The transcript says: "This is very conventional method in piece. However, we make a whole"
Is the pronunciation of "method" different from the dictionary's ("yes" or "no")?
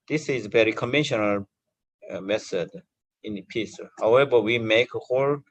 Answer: yes